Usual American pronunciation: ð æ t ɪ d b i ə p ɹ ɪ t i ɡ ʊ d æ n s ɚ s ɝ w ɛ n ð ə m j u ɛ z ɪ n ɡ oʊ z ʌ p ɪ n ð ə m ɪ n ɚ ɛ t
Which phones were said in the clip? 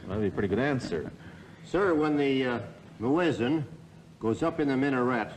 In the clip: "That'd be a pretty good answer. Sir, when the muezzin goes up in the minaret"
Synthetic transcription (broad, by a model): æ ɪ b i ə p ɹ ɪ t i ɡ ʊ d æ n s ɚ s ɝ w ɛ n ð ə m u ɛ z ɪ n ɡ oʊ z ʌ p ɪ n ð ə m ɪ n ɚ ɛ t